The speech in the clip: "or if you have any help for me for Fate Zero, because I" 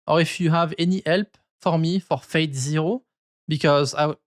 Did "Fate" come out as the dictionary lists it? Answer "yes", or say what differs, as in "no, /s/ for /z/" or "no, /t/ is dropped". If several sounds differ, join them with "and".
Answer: yes